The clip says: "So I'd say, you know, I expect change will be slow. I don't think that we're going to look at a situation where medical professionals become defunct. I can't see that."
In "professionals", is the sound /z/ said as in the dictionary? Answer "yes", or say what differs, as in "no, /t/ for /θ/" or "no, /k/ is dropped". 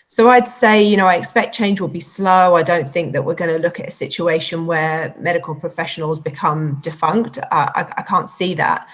yes